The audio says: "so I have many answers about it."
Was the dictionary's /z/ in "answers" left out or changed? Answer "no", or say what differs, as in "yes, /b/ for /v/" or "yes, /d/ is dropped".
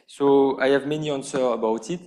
yes, /z/ is dropped